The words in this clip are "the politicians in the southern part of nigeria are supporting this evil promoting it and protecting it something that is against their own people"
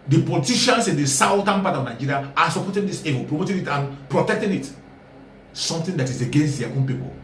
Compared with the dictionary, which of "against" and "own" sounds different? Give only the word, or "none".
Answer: none